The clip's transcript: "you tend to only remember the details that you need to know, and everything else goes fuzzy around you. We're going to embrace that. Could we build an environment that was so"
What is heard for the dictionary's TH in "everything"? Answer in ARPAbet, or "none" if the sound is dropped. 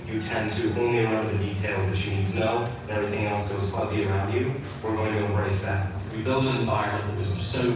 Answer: TH